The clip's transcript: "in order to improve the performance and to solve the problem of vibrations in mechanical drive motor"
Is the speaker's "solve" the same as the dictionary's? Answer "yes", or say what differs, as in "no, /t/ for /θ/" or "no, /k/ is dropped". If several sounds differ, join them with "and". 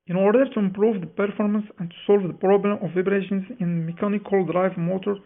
yes